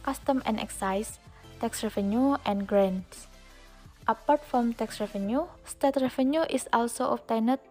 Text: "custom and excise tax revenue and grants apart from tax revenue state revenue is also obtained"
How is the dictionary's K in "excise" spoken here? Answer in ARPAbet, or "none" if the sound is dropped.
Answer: K